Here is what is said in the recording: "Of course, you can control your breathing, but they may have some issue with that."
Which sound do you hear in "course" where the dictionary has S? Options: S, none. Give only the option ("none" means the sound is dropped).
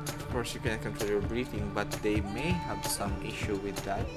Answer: S